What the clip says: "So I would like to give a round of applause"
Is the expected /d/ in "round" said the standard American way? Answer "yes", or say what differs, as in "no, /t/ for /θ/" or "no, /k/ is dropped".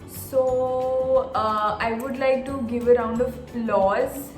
yes